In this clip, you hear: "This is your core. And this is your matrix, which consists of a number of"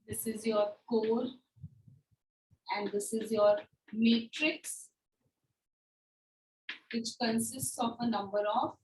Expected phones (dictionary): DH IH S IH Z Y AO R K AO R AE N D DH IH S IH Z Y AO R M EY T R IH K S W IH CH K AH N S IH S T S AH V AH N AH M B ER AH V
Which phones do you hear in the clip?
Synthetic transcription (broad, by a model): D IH S IH Z Y AO R K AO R AE N D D IH S IH Z Y AO R M EY T R IH K S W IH CH K AH N S IH S T S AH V AH N AH M B ER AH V